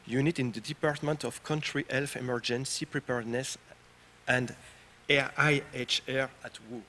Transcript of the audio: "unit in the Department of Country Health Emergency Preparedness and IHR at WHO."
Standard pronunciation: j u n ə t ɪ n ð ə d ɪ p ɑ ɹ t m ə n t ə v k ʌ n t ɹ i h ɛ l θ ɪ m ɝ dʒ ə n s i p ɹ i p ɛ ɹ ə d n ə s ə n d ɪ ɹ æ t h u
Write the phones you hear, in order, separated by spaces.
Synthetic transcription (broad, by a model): j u n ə t ɪ n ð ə d ɪ p ɑ ɹ t m ə n t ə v k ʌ n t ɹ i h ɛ l f ɪ m ɝ dʒ ə n s i p ɹ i p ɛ ɹ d n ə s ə n d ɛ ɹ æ t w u